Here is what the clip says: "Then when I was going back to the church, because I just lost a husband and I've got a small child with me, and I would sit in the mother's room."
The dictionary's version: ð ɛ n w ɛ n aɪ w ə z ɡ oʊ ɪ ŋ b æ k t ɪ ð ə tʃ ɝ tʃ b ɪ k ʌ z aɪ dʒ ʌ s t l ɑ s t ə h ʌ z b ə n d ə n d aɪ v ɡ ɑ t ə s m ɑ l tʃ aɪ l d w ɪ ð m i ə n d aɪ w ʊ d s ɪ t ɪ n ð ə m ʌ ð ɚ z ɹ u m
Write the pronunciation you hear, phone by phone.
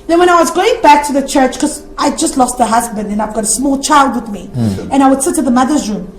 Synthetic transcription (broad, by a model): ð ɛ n w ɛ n aɪ w ə z ɡ oʊ ɪ ŋ b æ k t ɪ ð ə tʃ ɝ tʃ k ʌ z aɪ dʒ ʌ s t l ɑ s t ə h ʌ z b ə n d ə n aɪ v ɡ ɑ t ə s m ɑ l tʃ aɪ l d w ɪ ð m i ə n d aɪ w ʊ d s ɪ t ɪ ð ə m ʌ ð ɚ z ɹ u m